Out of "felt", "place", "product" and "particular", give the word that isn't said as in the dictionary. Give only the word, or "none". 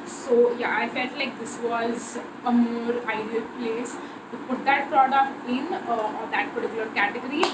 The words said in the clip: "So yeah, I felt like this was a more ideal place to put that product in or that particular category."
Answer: none